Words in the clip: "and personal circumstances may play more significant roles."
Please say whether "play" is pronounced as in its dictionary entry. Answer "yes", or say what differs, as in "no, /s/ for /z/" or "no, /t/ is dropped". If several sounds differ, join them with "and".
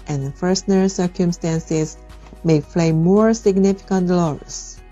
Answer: no, /f/ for /p/